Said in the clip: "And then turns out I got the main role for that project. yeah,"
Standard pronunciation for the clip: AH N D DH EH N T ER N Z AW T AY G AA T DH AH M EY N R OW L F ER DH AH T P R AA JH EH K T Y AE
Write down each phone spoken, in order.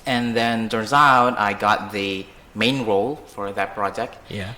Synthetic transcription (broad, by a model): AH N DH EH N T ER Z AW T AY G AA T DH AH M EY N R OW L F ER DH AH T P R AA JH EH K T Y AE